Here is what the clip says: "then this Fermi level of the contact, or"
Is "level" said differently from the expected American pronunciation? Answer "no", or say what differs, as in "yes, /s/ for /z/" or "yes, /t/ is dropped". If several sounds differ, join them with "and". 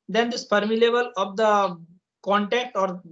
yes, /b/ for /v/